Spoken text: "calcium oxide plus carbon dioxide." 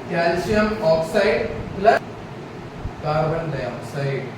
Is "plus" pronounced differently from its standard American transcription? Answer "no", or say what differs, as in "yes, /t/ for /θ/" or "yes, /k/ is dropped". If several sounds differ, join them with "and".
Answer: yes, /s/ is dropped